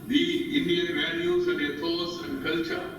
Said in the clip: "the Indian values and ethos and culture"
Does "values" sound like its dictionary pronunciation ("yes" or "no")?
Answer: no